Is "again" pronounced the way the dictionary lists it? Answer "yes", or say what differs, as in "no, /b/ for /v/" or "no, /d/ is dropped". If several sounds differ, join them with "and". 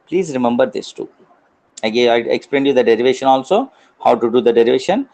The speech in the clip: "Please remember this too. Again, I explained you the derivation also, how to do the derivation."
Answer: no, /n/ is dropped